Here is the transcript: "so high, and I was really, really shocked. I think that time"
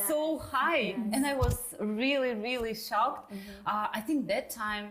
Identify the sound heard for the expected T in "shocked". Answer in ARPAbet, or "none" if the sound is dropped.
T